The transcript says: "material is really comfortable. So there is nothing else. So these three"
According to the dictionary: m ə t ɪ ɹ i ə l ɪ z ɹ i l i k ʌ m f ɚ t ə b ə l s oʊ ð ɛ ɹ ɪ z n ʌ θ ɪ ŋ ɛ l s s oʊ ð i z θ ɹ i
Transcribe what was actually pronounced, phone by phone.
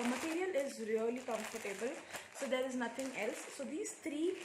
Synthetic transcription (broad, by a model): m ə t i ɹ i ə l ɪ z ɹ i l i k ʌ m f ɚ t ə b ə l s oʊ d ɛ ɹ ɪ z n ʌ t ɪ ŋ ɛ l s s oʊ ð i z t ɹ i